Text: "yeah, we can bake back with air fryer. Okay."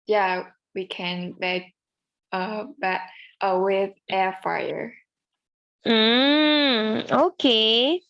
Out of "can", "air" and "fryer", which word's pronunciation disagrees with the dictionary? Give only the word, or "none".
fryer